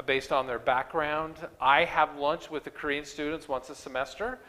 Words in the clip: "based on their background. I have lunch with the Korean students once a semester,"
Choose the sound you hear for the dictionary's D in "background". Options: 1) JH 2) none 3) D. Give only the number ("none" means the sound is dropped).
3